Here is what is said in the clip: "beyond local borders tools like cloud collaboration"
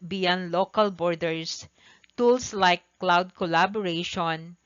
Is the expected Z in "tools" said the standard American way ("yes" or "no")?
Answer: no